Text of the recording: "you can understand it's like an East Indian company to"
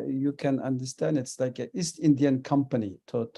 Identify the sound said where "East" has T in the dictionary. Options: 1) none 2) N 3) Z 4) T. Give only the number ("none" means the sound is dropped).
4